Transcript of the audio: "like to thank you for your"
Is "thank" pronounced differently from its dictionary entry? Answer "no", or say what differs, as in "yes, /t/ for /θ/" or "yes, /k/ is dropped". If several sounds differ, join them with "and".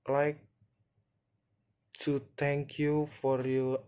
yes, /t/ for /θ/